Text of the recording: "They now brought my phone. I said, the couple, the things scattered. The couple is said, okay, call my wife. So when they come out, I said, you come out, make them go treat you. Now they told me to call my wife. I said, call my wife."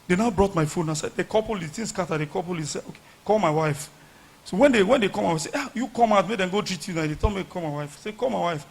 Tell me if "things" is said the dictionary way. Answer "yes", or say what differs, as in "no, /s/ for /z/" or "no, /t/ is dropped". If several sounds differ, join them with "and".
no, /t/ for /θ/